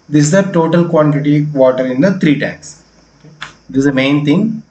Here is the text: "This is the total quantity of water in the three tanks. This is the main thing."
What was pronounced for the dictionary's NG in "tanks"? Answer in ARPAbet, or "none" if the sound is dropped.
none